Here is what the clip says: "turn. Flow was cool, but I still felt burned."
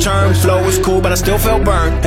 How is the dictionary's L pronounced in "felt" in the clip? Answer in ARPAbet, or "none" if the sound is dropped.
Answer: L